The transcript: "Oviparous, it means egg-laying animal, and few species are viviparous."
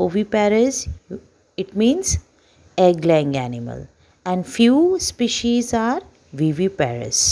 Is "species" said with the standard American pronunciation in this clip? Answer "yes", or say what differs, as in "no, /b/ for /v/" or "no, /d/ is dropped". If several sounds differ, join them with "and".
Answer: yes